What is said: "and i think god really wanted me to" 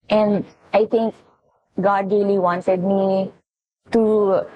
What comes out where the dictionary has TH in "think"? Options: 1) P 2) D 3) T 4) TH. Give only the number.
3